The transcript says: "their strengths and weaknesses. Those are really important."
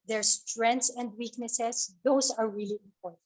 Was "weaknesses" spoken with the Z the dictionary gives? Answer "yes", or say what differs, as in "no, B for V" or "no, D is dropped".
no, S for Z